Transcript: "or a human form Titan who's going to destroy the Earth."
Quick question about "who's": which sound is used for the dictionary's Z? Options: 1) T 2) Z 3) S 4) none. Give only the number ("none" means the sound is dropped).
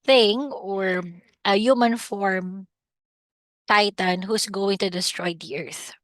3